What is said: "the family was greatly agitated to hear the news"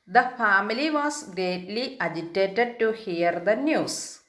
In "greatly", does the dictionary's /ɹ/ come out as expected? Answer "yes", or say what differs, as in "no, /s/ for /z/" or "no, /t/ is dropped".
no, /ɹ/ is dropped